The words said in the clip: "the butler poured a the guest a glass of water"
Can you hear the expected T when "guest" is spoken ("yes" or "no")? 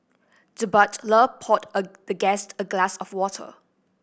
yes